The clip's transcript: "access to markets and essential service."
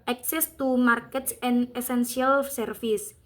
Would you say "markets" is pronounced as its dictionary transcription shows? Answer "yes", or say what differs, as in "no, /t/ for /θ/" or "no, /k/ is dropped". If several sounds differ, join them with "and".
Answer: yes